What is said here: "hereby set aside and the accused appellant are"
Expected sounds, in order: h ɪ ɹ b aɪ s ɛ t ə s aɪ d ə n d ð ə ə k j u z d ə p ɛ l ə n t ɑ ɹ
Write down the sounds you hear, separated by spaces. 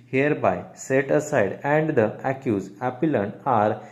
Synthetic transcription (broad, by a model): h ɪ ɹ b aɪ s ɛ t ə s aɪ d ə n d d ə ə k j u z ə p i l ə n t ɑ ɹ